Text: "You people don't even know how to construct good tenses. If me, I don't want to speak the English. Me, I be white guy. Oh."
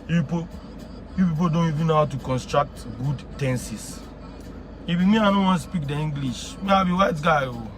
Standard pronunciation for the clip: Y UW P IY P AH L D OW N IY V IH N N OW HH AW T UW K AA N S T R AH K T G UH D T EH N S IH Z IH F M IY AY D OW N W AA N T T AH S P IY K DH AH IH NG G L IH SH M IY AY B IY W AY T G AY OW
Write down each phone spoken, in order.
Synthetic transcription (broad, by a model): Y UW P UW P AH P D OW N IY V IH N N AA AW T UW K AA N S T R AH K T G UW D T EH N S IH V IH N M IY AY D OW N W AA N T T S P IY K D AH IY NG G L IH SH M IY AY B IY W AY T G AY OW